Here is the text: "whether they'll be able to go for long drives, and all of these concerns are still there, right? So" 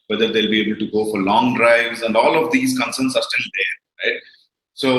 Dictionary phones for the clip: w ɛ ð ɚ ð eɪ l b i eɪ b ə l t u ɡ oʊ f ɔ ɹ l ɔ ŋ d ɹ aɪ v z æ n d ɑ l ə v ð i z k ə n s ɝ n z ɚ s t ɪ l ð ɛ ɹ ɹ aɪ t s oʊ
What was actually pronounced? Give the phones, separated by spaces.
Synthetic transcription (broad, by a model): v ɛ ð ɚ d eɪ l b i eɪ b ə l t u ɡ oʊ f ɔ ɹ l ɔ ŋ d ɹ aɪ v z æ n d ɑ l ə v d i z k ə n s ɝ n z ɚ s t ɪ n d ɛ ɹ ɹ aɪ t s oʊ